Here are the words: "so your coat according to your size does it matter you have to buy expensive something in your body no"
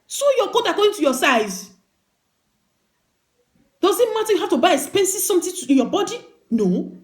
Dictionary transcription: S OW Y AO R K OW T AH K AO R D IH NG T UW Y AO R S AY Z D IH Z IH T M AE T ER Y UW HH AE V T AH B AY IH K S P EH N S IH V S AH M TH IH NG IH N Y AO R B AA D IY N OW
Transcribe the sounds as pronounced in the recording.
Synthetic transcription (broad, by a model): S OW Y AO K OW T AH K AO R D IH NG T UW Y AO S AY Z D IH Z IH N M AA T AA Y UW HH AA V T AH B AY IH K S P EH N S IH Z S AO M T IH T IH N Y AO B AA D IY N OW